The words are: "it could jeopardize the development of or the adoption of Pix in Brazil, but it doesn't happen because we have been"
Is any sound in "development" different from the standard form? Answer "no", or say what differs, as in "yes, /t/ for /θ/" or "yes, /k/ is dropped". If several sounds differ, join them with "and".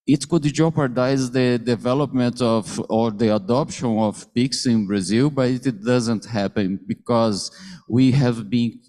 no